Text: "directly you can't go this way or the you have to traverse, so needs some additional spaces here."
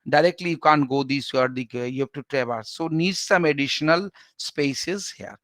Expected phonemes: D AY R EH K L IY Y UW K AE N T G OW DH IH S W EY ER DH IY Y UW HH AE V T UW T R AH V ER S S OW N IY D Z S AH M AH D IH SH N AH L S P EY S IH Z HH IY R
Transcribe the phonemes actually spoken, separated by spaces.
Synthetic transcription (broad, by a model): D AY R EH K L IY Y UW K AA N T G OW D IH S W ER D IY Y UW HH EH P T UW T R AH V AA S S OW N IY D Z S AH M AH D IH SH N AH L S P EY S IH Z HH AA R